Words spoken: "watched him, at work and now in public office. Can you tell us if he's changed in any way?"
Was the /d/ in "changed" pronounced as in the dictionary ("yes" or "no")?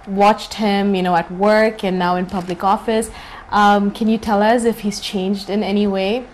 yes